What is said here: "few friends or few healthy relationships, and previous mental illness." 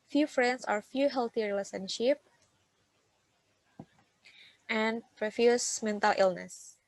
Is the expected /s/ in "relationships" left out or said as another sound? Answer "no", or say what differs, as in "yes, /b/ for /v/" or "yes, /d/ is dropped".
yes, /s/ is dropped